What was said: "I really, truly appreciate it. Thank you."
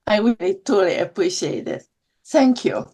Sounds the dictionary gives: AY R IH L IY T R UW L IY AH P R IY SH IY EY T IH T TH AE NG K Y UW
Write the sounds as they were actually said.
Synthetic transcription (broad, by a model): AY W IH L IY T UW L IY AH P R IY SH IY EY T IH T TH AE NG K Y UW